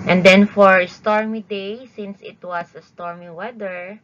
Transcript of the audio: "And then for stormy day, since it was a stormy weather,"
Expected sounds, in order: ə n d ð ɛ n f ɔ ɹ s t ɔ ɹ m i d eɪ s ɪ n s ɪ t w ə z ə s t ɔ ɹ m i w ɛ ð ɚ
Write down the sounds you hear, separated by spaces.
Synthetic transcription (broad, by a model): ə n d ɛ n f ɔ ɹ s t ɔ ɹ m i d eɪ s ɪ n s ɪ t w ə s ə s t ɔ ɹ m i w ɛ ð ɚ